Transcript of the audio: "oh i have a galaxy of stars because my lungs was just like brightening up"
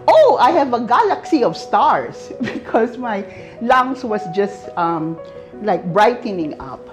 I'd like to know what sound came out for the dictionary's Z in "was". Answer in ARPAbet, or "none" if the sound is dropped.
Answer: S